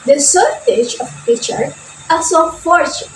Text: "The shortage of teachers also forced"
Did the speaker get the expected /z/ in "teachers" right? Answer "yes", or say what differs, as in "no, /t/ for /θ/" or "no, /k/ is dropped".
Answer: no, /z/ is dropped